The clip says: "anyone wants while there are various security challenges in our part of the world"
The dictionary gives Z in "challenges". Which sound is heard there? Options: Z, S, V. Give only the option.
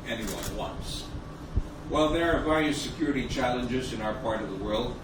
Z